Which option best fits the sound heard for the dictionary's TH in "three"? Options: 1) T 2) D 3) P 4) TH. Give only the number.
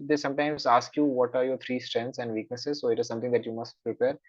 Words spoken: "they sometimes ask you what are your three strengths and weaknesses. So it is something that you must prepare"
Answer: 1